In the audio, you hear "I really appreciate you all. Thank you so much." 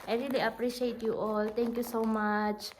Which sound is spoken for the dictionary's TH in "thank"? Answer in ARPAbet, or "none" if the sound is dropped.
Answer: T